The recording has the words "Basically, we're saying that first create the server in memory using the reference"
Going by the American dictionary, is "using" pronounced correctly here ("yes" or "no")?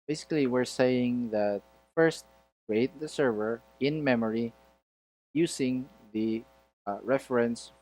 no